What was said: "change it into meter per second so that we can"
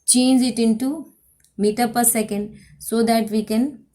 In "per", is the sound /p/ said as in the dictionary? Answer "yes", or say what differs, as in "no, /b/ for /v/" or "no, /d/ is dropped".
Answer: yes